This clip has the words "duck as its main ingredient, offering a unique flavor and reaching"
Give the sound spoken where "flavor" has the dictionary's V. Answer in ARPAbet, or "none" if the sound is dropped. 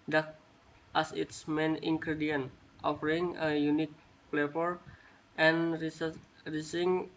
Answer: F